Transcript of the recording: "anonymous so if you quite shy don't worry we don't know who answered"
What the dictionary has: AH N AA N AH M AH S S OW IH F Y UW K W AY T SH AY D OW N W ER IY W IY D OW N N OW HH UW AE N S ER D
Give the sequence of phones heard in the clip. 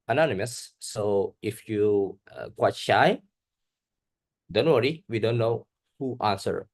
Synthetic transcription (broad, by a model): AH N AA N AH M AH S S OW IH F Y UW K W AY T SH AY D OW N W ER IY W IY D OW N N OW HH UW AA N S ER